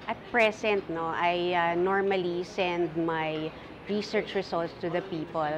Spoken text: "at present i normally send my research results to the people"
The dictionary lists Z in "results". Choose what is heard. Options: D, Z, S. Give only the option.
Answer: S